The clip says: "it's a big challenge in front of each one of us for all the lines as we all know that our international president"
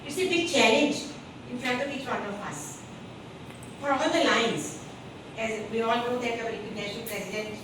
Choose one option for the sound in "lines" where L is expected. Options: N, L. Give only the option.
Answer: L